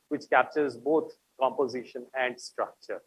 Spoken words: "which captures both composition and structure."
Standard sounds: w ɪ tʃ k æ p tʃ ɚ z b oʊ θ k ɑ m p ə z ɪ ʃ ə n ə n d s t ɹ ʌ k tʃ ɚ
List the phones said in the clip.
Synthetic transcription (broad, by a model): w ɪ tʃ k æ p tʃ ɚ z b oʊ t k ɑ m p ə z ɪ ʃ ə n ə n d s t ɹ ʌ k tʃ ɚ